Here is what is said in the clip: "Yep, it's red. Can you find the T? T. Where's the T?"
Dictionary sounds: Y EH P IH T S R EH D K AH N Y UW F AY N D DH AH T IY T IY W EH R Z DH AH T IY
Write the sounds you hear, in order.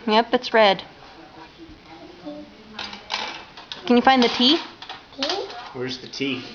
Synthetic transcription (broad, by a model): Y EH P IH T S R EH D K AH N Y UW F AY N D DH AH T T IY W EH R Z DH AH T IY